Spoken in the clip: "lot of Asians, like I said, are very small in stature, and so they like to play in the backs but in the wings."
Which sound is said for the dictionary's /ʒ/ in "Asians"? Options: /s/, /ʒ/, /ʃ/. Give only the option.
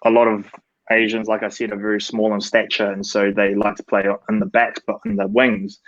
/ʒ/